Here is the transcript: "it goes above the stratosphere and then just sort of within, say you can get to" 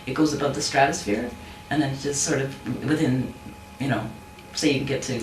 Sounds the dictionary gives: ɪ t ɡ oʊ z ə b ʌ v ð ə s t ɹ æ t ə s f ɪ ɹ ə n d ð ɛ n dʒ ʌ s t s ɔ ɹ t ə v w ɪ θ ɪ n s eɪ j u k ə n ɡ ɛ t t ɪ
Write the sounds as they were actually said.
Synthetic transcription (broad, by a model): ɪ t ɡ oʊ z ə b ʌ v ð ə s t ɹ æ t ə s f ɪ ɹ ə n ð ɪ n dʒ ʌ s t s ɔ ɹ t ə v w ɪ θ ɪ n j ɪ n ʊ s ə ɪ ɡ ɛ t t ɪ